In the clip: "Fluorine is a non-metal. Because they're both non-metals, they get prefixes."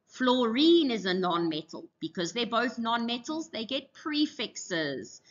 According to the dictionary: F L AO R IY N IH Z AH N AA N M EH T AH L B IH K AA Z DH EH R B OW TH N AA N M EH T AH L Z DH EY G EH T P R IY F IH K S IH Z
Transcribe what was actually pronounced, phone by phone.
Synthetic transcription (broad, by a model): F L AO R IY N IH Z AH N AA N M EH T AH L B IH K AA Z DH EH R B OW TH N AA N M EH T AH L Z DH EY G EH T P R IY F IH K S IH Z